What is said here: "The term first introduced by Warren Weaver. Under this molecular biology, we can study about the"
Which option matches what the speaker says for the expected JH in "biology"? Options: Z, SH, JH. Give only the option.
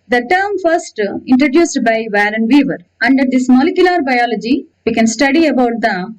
JH